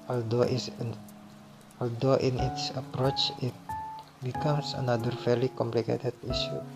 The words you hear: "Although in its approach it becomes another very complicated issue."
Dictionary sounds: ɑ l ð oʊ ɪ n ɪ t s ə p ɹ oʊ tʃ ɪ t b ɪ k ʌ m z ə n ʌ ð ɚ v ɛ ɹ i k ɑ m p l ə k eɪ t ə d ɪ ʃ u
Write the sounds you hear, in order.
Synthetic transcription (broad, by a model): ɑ l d oʊ ɪ n ɪ t s ə p ɹ oʊ tʃ ɪ t b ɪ k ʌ m s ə n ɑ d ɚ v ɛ l i k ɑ m p l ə k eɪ t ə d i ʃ u